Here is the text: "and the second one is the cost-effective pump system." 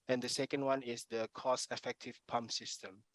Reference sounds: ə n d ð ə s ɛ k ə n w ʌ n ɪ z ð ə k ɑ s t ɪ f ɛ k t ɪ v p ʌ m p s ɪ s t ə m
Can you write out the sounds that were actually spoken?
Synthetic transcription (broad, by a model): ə n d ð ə s ɛ k ə n w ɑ n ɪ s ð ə k ɑ s ɪ f ɛ k t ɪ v p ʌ m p s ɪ s t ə m